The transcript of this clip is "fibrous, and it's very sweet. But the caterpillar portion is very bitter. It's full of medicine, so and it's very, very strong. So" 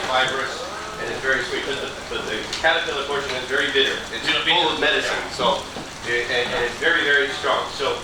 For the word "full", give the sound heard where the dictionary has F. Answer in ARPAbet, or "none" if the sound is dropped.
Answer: P